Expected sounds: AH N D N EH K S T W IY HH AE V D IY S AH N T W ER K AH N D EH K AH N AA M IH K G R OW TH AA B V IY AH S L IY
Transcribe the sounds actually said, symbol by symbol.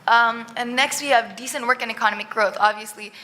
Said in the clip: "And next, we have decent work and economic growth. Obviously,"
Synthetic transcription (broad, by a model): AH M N N EH K S T W IY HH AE V D IY S AH N T W ER K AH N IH K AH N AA M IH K G R OW TH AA B V IY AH S L IY